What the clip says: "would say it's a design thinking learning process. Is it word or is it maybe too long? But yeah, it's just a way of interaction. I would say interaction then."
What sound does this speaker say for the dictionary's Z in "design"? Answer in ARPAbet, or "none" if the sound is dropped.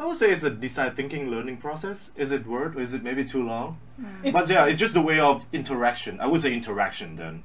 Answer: S